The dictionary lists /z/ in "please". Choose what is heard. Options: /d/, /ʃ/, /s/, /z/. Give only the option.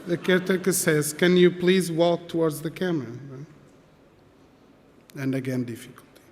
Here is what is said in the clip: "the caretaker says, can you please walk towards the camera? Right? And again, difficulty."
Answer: /z/